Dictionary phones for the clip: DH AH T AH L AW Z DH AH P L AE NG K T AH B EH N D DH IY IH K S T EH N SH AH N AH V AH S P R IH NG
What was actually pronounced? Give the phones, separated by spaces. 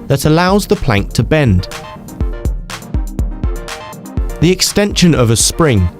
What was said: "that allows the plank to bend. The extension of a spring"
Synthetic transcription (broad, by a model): DH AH T AH L AW Z DH AH P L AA NG K T AH B EH N D DH IY IH K S T EH N SH AH N AH V AH S P R IH NG